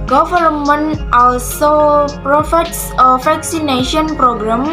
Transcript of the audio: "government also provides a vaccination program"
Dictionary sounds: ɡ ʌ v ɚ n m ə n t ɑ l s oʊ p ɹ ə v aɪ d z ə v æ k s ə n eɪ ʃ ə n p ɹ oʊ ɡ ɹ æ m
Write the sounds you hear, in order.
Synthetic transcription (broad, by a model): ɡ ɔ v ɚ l m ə n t ɑ l s oʊ p ɹ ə f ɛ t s ə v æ k s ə n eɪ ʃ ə n p ɹ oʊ ɡ ɹ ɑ m